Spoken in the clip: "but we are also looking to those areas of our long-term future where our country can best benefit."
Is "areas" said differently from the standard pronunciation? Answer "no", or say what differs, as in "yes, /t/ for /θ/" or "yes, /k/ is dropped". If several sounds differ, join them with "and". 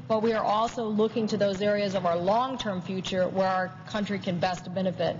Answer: no